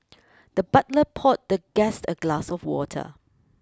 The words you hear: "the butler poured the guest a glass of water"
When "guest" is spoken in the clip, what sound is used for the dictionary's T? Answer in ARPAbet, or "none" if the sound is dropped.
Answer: T